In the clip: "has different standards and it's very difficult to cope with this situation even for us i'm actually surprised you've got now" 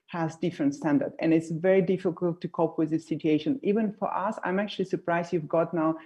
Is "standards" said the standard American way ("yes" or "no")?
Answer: no